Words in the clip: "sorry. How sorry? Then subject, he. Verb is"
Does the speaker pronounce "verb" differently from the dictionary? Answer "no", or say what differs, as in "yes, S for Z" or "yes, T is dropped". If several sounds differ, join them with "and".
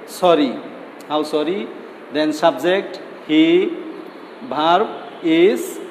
yes, B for V